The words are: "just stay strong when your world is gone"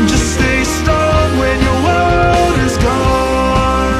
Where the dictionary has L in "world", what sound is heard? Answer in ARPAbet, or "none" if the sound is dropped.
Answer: none